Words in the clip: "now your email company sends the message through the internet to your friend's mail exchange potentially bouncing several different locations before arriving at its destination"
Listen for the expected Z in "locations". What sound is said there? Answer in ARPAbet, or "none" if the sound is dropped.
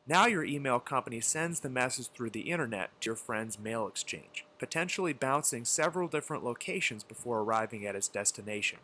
Z